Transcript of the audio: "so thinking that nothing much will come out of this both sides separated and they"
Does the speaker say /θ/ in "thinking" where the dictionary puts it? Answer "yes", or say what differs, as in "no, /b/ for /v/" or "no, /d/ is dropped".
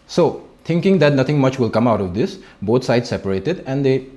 no, /t/ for /θ/